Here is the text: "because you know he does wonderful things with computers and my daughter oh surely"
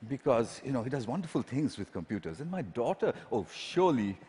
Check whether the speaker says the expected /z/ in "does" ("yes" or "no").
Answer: yes